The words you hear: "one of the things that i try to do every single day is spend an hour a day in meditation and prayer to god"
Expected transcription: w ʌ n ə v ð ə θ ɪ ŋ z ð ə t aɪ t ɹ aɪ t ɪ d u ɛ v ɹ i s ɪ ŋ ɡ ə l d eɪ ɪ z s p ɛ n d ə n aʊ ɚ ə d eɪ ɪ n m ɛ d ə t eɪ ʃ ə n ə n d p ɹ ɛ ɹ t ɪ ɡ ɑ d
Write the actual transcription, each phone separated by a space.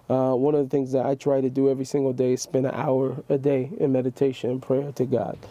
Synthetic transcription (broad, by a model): w ʌ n ə v ð ə θ ɪ ŋ z ð ə t aɪ t ɹ aɪ t ɪ d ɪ ɛ v ɹ i s ɪ ŋ ɡ l d eɪ ɪ z s p ɛ n d ə n aʊ ɚ ə d eɪ ɪ n m ɛ d ə t eɪ ʃ ə n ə n p ɹ ɛ ɹ t ɪ ɡ ɑ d